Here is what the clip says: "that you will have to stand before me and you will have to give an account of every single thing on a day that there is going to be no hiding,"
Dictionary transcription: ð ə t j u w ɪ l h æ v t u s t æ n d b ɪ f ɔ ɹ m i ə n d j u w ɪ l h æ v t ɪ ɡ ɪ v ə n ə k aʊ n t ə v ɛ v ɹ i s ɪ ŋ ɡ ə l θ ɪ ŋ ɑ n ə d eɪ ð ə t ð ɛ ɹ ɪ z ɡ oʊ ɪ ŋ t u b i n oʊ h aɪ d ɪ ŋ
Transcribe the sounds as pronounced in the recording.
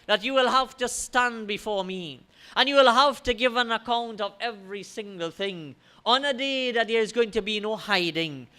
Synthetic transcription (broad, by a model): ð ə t j u w ɪ l h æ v t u s t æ n b ɪ f ɔ ɹ m i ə n j u w ɪ l h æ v t ɪ ɡ ɪ v ə n ə k aʊ n t ə v ɛ v ɹ i s ɪ ŋ ɡ ə l θ ɪ ŋ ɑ n ə d eɪ ð ə t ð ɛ ɹ ɪ z ɡ oʊ ɪ ŋ t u b i n oʊ h aɪ d ɪ ŋ